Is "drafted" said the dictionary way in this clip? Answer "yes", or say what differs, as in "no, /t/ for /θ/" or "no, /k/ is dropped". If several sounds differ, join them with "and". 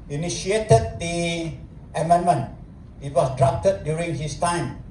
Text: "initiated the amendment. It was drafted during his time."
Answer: no, /p/ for /f/